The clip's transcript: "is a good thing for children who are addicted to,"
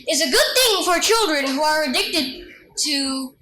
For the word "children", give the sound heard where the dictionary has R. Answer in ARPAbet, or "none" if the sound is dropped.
R